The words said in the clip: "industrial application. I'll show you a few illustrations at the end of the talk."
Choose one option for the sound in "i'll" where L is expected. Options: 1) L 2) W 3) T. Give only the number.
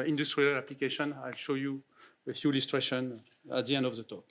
1